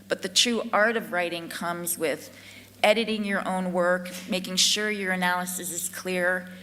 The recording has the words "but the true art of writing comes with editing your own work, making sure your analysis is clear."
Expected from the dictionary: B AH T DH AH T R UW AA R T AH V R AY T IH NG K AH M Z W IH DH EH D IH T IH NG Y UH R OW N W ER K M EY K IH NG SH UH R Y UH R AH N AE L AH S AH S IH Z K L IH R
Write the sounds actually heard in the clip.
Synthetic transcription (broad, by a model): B AH T DH AH T R UW AA R T AH V R AY T IH NG K AH M Z W IH DH EH D IH T IH NG Y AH R OW N W ER K M EY K IH NG SH UH R Y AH R AH N AE L AH S AH S IH Z K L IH R